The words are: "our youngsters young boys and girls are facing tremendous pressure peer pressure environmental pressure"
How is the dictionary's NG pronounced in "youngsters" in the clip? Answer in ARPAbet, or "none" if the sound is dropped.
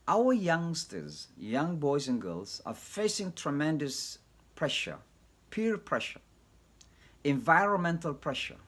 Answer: NG